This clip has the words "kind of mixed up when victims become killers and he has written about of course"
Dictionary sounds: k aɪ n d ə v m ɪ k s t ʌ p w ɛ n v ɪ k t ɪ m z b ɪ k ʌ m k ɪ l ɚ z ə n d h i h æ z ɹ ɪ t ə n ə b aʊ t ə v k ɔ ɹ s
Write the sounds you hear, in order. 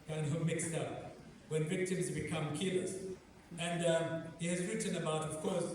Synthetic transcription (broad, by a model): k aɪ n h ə m ɪ k s t ʌ p w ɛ n v ɪ k t ɪ m z b ɪ k ʌ m k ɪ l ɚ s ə n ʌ h i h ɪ z ɹ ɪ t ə n ə b aʊ t ə v k ɔ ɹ s